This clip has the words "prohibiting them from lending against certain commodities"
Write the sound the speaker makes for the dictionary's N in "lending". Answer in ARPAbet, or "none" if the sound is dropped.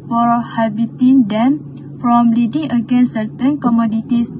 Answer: none